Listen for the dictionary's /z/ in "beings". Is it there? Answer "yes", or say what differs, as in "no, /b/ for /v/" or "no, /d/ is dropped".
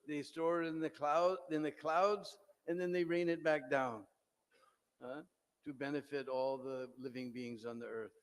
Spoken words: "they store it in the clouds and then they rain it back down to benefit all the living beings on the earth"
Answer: yes